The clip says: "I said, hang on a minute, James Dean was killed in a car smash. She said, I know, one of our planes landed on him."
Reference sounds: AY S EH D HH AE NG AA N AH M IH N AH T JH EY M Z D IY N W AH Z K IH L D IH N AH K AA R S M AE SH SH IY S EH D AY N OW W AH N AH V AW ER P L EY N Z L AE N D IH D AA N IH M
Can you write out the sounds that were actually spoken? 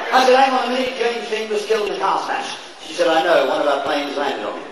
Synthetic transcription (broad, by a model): AY S EH D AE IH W AH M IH AH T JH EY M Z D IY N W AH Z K IH L IH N AH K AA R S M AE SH SH IY S EH D AY N OW W AH N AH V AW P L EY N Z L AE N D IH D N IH